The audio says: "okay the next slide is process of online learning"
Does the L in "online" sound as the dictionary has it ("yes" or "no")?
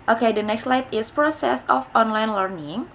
yes